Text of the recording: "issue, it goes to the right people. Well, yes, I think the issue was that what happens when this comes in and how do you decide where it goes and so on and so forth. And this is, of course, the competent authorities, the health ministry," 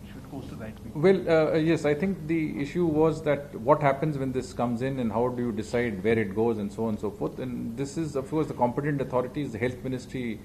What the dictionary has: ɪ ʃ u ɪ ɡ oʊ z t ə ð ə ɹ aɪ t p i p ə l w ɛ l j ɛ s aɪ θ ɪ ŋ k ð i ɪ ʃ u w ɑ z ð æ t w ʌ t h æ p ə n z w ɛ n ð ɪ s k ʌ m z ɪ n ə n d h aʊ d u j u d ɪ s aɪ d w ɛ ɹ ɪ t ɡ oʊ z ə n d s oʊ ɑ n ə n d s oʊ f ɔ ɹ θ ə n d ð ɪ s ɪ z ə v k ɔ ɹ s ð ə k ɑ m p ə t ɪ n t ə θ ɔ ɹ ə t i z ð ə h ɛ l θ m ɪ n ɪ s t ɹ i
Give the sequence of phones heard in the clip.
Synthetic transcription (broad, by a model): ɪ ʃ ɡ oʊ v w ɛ l j ɛ s aɪ t ɪ ŋ k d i ɪ ʃ u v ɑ z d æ t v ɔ t h æ p ə n z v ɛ n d ɪ s k ʌ m z ɪ n ə n d h aʊ d u j u d ɪ s aɪ d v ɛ ɹ ɪ t ɡ oʊ z ə n d s oʊ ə n s oʊ f ɔ ɹ t ə n d ɪ s ɪ z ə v k ɔ ɹ s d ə k ɑ m p ə t ɪ n t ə t ɔ ɹ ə t i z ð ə h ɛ l t m ɪ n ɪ s t ɹ i